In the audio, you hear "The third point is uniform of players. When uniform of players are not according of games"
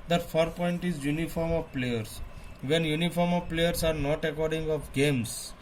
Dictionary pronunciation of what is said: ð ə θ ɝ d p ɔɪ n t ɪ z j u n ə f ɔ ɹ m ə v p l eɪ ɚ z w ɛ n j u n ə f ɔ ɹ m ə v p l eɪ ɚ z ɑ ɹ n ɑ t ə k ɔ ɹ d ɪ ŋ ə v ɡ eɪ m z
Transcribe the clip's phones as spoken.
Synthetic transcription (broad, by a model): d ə f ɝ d p ɔɪ n t ɪ z j u n ə f ɔ ɹ m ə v p l eɪ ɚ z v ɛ n j u n ə f ɔ ɹ m ə v p l eɪ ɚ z ɑ ɹ n ɑ t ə k ɔ ɹ d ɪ ŋ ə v ɡ eɪ m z